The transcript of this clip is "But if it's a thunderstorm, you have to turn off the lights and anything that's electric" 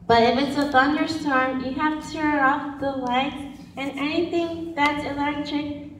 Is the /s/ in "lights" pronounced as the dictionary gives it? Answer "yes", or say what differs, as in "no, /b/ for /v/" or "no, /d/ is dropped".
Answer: no, /s/ is dropped